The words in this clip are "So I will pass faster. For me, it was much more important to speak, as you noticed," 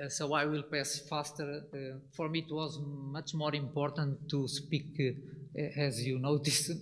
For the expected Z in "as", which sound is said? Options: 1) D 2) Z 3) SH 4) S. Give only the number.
2